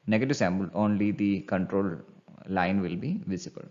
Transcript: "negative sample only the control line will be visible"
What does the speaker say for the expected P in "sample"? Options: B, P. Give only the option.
B